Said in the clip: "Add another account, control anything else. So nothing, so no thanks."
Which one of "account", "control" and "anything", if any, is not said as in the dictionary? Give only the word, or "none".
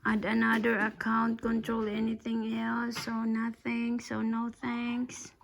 none